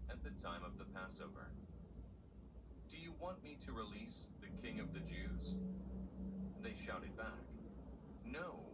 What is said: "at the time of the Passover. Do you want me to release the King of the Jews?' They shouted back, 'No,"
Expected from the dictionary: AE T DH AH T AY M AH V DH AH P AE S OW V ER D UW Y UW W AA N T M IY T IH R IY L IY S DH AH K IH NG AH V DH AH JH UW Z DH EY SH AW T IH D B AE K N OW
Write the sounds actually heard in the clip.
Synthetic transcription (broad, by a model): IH T DH AH T AY M AH V DH AH P AE S OW V ER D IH Y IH W AA N M IY T IH R IY L IY S DH AH K IH NG AH V DH AH JH UW Z DH EY SH AW T IH D B AE K N OW